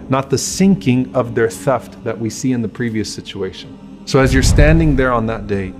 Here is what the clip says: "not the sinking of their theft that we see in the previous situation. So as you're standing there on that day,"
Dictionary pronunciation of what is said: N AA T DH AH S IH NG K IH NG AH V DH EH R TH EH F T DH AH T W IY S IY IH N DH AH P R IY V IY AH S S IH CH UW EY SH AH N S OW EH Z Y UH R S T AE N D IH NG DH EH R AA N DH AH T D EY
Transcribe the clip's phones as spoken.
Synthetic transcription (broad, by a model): N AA T DH AH S IH NG K IH NG AH V DH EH R TH EH F T DH AH T W IY S IY IH N DH AH P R IY V IY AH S S IH CH UW EY SH AH N S OW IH Z Y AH R S T AE N D IH NG DH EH R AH N DH AH T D EY